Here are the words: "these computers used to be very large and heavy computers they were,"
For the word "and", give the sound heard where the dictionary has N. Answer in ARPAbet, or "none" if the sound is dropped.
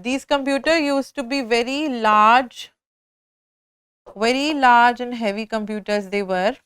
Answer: N